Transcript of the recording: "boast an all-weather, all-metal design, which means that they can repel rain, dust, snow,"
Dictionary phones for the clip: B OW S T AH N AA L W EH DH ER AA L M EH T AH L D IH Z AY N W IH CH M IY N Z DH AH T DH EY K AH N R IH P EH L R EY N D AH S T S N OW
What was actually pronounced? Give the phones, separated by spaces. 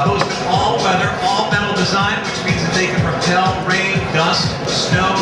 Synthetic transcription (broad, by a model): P OW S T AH AA L W EH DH ER AA L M EH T L D IH Z AY N W IH CH M IY N Z DH AH T DH EY K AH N R IH P EH L R EY N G AH S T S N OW